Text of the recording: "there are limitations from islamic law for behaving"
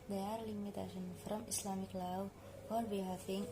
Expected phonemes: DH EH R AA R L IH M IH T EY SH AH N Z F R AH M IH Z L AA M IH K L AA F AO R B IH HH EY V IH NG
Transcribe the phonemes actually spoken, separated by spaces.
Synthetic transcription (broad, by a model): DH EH AA R L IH M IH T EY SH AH N F R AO M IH S L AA M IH K L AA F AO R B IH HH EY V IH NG